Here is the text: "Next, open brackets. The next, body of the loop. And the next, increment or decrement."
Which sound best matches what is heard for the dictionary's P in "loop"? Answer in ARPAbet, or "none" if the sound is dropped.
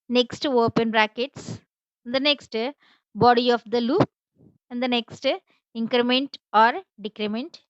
P